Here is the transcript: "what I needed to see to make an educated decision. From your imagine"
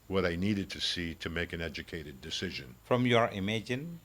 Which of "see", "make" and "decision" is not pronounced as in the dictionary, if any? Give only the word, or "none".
none